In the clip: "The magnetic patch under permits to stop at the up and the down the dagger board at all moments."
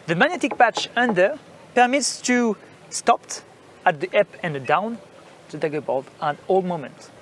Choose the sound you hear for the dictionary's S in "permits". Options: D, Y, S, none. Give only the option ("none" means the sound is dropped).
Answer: S